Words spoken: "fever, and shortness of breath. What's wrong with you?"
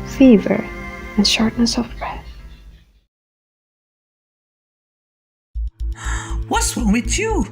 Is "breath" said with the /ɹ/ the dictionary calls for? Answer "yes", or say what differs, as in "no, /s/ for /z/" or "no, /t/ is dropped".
yes